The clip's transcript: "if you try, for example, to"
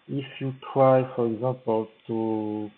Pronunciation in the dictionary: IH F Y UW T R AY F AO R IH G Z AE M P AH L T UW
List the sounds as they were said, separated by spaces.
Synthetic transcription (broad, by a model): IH F Y UW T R AY F AO R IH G Z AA P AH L T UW